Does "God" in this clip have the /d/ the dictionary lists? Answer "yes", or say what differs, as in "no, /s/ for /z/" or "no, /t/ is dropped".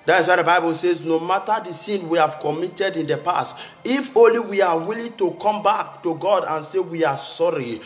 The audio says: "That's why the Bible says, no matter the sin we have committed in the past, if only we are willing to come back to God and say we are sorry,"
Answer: yes